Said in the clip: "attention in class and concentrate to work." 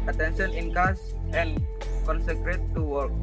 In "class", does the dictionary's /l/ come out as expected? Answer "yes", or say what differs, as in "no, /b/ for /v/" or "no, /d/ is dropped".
no, /l/ is dropped